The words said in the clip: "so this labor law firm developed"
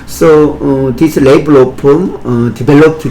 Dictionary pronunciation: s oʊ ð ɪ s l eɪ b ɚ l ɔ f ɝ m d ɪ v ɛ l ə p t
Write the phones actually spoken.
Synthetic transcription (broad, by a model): s oʊ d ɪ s l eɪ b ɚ l ɔ p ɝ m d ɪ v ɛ l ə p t